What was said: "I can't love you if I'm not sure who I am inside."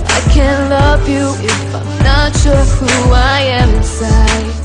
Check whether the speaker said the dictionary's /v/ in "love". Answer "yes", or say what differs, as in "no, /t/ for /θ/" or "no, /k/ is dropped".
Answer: yes